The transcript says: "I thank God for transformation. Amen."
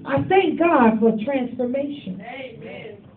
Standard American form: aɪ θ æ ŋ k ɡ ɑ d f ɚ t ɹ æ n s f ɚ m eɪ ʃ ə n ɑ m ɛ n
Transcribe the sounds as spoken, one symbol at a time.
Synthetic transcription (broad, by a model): aɪ θ æ ŋ k ɡ ɑ d f ɚ t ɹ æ n s f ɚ m eɪ ə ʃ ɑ n